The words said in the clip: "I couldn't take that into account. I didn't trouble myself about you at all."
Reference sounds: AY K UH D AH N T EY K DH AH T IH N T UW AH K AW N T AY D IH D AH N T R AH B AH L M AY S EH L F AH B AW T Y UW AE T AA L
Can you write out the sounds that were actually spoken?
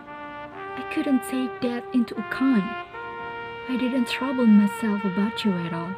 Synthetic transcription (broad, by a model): AY K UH D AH N T EY K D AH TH IH N T UW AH K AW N AY D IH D N T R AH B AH L M AY S EH L F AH B AW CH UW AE T AA L